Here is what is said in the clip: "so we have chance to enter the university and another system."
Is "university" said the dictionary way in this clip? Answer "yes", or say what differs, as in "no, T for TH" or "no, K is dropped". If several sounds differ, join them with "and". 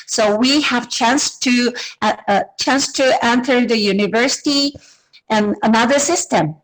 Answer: yes